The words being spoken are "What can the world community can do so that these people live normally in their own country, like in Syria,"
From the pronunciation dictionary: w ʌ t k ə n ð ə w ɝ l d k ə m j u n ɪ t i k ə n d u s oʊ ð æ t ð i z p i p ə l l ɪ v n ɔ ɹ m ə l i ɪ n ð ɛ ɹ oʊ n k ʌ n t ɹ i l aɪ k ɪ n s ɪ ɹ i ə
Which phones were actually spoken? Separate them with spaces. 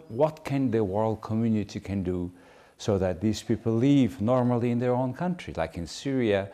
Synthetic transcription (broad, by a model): w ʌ t k ə n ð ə w ɝ l d k ə m j u n ɪ t i k ə n d u s oʊ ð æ t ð i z p i p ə l l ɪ v n ɔ ɹ m ə l i ɪ n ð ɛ ɹ oʊ n k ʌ n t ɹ i l aɪ k ɪ n s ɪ ɹ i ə